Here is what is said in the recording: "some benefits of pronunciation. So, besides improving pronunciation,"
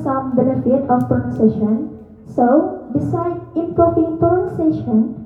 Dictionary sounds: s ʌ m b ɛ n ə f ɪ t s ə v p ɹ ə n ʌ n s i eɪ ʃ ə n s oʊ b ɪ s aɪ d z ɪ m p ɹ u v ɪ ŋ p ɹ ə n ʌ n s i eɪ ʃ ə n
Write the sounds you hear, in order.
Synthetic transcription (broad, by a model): s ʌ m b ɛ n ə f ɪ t ə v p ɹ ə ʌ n s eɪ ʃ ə n s oʊ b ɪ s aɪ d ɪ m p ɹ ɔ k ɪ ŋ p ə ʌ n s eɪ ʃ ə n